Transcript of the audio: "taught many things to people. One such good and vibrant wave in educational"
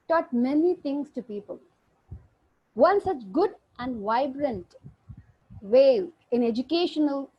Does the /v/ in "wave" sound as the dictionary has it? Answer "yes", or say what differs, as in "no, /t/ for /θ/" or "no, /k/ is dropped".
no, /v/ is dropped